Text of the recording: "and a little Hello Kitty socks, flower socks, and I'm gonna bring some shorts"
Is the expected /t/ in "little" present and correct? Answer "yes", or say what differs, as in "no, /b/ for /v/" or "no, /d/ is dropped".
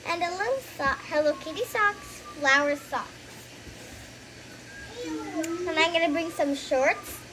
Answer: no, /s/ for /t/